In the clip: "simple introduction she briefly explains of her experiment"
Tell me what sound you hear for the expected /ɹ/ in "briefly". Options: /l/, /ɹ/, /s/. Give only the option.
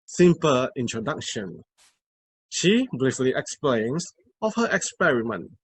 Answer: /l/